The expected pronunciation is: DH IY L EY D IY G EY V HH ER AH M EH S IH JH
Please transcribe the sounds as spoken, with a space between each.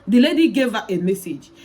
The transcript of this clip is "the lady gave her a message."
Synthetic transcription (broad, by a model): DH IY L EY D IY G EY V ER AH M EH S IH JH